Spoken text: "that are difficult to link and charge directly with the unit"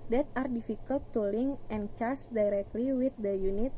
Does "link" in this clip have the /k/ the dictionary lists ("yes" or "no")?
no